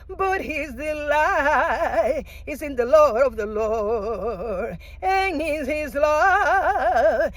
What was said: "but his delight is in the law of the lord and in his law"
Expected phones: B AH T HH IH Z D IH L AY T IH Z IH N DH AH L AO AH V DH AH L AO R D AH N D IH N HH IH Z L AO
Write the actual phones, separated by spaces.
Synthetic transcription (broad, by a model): B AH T HH IH Z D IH L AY IH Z IH N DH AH L AO AH V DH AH L AO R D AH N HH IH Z HH IH Z L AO